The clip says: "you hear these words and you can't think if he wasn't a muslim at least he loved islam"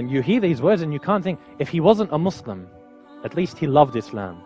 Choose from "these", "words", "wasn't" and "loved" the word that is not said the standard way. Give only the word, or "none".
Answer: none